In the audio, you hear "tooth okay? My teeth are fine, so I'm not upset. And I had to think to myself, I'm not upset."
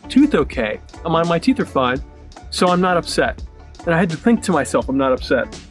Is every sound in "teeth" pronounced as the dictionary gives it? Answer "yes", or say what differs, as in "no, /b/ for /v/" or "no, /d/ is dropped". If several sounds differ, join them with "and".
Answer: yes